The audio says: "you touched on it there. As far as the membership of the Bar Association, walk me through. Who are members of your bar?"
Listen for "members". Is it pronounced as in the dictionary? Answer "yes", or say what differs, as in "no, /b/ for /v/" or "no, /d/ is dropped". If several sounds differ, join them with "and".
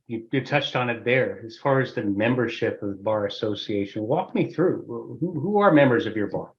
yes